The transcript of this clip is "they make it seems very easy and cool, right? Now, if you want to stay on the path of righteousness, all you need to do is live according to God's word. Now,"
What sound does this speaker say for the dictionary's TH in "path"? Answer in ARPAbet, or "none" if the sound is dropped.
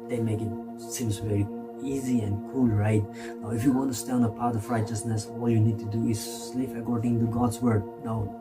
T